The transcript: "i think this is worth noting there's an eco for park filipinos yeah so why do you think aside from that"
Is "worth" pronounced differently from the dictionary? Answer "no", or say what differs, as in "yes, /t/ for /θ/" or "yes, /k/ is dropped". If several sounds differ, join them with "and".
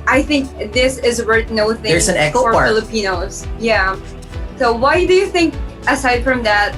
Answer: yes, /t/ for /θ/